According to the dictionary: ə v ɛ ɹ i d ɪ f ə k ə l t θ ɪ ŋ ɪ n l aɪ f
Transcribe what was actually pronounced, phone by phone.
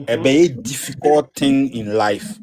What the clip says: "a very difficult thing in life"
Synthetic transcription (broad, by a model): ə b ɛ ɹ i d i f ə k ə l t t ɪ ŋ ɪ n l aɪ f